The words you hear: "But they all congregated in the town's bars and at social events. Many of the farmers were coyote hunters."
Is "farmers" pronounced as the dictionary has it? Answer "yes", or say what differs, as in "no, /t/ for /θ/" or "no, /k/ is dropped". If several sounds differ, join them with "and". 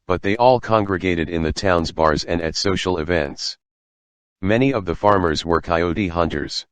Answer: yes